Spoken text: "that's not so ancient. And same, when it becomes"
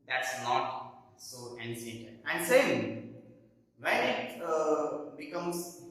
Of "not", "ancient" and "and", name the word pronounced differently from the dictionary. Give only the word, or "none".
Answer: ancient